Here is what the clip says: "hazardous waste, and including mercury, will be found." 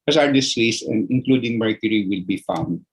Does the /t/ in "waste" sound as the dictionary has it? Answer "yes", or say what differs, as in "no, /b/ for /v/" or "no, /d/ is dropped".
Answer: no, /t/ is dropped